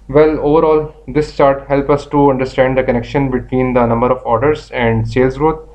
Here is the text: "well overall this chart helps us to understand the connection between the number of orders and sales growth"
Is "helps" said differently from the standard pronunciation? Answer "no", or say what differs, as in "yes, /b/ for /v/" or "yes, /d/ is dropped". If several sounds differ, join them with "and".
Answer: yes, /s/ is dropped